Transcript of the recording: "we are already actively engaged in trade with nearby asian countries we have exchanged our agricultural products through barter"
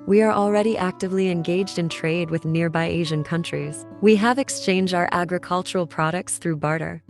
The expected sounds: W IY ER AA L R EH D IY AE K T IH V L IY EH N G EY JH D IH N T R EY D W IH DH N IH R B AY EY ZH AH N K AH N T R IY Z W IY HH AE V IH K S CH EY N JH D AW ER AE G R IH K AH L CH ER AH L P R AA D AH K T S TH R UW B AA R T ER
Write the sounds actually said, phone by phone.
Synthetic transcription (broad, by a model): W IY ER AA L R EH D IY AE K T IH V L IY EH N G EY JH D IH N T R EY D W IH DH N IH R B AY EY ZH AH N K AH N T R IY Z W IY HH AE V IH K S CH EY N JH D AW ER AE G R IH K AH L CH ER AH L P R AA D AH K T S TH R UW B AA R T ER